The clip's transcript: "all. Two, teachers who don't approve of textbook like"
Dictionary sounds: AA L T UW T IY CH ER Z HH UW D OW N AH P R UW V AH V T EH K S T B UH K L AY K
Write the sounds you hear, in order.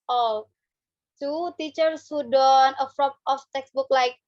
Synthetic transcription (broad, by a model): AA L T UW T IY CH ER S HH UW D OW N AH F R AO P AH F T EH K S B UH K L AY K